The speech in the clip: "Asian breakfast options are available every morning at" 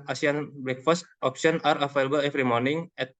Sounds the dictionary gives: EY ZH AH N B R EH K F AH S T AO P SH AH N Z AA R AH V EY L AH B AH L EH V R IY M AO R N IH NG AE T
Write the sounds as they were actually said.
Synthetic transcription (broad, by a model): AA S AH N B R EH K F AH S T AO P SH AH N AA R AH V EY L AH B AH L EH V R IY M AO R N IH NG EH T